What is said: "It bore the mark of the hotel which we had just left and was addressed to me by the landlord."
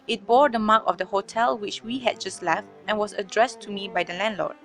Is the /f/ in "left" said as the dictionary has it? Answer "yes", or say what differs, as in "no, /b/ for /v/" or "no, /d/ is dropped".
yes